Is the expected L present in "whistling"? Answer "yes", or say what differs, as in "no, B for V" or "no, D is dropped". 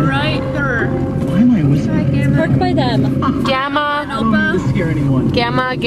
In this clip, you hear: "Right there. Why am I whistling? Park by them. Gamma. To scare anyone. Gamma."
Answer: no, L is dropped